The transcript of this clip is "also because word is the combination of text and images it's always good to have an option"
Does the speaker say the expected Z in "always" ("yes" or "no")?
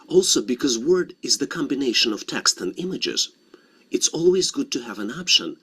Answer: yes